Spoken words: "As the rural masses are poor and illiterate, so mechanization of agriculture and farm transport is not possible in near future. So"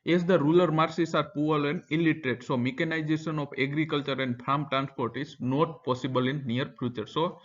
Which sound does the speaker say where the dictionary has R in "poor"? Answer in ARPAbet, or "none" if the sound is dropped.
L